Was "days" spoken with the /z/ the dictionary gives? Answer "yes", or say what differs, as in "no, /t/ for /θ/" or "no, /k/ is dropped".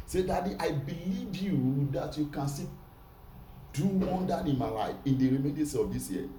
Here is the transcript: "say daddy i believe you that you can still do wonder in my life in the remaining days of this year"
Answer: no, /s/ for /z/